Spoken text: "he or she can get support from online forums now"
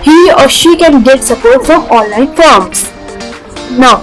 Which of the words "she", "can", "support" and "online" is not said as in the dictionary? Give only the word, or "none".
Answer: none